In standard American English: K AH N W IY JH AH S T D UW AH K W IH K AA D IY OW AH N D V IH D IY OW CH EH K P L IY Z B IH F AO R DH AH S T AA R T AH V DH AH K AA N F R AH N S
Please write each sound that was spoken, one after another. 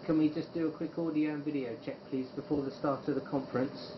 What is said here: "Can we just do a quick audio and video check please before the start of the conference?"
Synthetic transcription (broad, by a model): K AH N W IY JH AH S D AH AH K W IH K AA D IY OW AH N V IH D IY OW CH EH K P L IY Z B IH F AO DH AH S T AA T AH V DH AH K AA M F R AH N S